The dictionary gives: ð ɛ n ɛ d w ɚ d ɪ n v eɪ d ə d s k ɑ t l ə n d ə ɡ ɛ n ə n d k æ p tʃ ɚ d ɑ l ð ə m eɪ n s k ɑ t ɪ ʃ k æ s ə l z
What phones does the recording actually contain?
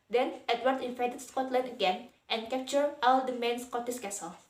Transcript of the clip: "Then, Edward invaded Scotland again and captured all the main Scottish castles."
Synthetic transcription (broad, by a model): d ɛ n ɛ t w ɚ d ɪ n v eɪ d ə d s k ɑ t l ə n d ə ɡ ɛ n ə n k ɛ p tʃ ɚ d ɑ l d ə m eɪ n s k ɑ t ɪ s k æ s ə l